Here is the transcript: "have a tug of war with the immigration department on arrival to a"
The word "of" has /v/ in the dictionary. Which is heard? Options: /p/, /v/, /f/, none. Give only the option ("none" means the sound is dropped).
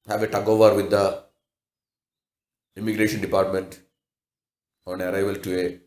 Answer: /v/